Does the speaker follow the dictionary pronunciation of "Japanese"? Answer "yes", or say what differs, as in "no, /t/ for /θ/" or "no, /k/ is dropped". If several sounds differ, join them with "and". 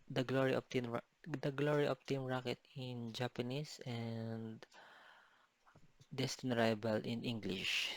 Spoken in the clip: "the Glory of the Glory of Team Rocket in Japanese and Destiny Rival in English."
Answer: no, /s/ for /z/